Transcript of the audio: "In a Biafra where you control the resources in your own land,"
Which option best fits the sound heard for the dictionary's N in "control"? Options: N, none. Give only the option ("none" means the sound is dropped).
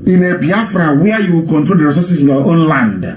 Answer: N